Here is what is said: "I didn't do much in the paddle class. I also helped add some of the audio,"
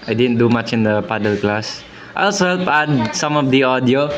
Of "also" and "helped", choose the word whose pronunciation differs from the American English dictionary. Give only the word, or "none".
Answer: helped